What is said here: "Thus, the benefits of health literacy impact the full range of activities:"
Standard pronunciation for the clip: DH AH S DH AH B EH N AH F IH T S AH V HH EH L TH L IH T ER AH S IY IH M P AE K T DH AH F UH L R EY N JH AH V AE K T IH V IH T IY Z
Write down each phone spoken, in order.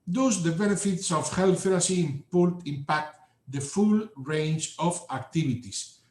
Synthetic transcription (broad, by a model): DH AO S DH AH B EH N AH F IH T S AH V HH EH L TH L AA S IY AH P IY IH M P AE K T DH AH F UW L R EY N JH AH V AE K T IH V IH T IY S